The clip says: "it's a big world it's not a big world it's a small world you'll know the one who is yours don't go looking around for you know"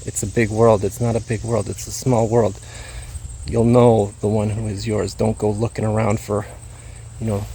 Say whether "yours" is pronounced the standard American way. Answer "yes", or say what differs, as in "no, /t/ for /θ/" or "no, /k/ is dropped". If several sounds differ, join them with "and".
yes